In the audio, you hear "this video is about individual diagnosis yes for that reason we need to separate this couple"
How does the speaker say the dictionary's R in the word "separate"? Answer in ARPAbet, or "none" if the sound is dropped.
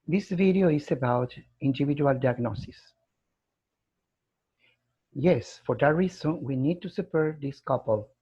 none